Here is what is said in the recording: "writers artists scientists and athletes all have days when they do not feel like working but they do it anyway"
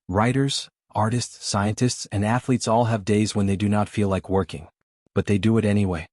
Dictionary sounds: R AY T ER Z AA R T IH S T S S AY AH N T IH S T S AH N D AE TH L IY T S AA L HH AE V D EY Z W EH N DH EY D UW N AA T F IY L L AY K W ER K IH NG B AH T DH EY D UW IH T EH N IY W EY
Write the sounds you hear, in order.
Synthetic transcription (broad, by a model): R AY T ER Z AA R T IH S T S S AY AH N T IH S T S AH N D AE TH L IY T S AA L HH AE V D EY Z W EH N DH EY D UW N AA T F IY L L AY K W ER K IH NG B AH T DH EY D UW IH T EH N IY W EY